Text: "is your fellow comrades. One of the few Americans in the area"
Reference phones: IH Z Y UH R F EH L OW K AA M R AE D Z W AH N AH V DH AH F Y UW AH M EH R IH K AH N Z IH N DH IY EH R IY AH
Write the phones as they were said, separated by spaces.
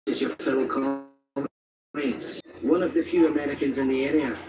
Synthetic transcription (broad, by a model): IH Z Y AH R F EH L K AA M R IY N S W AH N AH V DH AH F Y UW AH M EH R IH K AH N Z IH N DH IY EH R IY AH